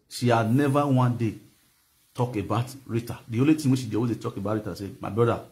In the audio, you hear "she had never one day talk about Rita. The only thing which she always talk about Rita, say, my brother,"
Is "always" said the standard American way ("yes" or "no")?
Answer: no